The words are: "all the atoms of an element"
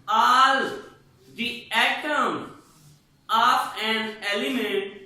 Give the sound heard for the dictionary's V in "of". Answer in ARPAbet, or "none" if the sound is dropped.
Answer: P